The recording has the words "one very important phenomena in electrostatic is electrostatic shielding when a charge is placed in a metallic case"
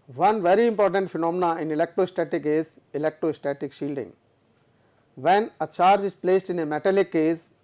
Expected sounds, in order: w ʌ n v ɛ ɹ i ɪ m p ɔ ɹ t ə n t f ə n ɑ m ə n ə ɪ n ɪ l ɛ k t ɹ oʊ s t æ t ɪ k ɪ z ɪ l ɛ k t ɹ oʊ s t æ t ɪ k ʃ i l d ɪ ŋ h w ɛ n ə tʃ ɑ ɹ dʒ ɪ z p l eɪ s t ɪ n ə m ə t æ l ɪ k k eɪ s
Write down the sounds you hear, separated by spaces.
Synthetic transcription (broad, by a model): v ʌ n v ɛ ɹ i ɪ m p ɔ ɹ t ə n t f ə n ɑ m ə n ə ɪ n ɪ l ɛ k t ɹ oʊ s t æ t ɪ k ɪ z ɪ l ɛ k t ɹ oʊ s t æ t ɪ k ʃ i l d ɪ ŋ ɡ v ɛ n ə tʃ ɑ ɹ dʒ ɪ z p l eɪ s t ɪ n ə m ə t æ l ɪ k k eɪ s